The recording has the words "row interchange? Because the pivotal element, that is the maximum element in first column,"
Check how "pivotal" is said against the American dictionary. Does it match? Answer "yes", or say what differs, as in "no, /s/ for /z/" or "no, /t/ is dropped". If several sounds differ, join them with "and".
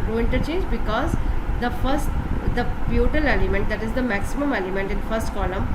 no, /f/ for /p/